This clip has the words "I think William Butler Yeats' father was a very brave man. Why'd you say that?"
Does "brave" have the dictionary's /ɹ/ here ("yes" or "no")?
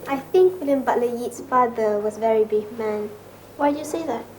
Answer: no